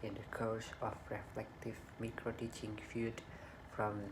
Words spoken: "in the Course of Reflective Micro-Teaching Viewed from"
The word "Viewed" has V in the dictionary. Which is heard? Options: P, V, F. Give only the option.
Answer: F